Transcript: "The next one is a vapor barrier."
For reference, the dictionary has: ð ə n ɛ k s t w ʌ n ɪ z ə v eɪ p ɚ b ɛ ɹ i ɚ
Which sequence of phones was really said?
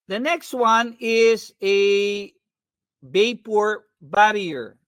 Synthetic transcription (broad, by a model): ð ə n ɛ k s t w ʌ n ɪ z ə b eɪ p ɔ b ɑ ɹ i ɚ